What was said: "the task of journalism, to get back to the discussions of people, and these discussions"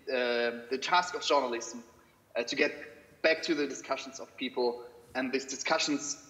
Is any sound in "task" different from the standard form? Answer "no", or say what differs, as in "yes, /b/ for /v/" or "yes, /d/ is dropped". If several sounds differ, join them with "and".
no